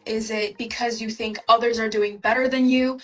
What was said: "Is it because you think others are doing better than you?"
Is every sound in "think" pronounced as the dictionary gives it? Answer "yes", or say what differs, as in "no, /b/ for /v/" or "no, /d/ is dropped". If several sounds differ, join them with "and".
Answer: yes